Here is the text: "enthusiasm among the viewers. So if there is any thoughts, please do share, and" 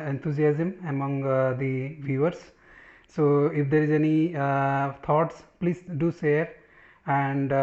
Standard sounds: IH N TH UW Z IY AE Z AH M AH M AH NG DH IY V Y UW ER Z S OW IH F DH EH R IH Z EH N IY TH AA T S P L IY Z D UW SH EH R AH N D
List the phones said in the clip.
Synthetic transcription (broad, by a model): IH N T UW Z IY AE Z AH M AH M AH NG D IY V Y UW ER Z S OW IH F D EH R IH Z EH N IY T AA T S P L IY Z D UW S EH R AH N D